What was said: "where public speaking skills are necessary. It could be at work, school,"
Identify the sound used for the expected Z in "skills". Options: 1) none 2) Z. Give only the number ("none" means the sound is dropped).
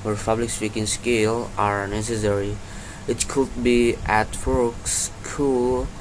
1